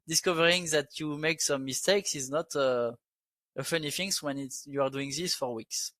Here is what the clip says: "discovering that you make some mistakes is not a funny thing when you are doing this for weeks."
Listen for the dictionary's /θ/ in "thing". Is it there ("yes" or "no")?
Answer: no